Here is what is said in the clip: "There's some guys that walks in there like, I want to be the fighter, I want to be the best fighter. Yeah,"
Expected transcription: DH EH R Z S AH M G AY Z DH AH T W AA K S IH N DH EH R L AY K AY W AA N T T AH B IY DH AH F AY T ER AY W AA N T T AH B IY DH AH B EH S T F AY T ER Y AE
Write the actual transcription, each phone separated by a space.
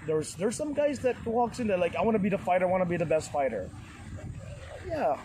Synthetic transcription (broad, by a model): DH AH R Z S AH M G AY Z DH AH T W AA K S IH N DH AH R L AY K AY W AA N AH B IY DH AH F AY T ER AY W AA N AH B IY DH AH B EH S T F AY T ER Y AE